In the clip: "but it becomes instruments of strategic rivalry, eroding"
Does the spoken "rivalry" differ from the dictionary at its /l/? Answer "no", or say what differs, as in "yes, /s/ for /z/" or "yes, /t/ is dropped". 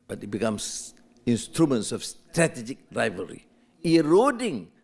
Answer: yes, /l/ is dropped